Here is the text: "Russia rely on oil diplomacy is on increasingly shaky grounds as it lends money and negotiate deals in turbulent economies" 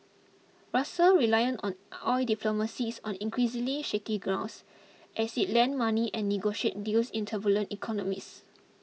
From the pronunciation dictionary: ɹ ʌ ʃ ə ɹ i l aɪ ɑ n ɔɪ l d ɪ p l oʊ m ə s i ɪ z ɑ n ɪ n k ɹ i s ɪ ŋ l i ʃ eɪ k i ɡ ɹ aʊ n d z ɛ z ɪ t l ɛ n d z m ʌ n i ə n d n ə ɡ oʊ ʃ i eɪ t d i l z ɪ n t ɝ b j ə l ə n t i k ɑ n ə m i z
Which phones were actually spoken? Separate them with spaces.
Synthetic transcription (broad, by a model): ɹ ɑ s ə ɹ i l aɪ ɑ n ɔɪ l d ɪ p l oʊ m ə s i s ɑ n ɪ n k ɹ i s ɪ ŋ l i ʃ eɪ k i ɡ ɹ aʊ n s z ɛ s ɪ t l ɛ n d m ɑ n i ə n n ə ɡ oʊ ʃ i eɪ t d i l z ɪ n t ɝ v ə l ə n t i k ɑ n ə m i s